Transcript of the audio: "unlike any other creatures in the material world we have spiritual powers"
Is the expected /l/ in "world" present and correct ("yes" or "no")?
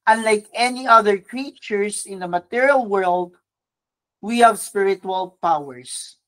yes